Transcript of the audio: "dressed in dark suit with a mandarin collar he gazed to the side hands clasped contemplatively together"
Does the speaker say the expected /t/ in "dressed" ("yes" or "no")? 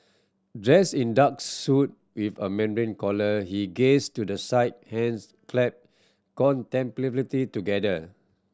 no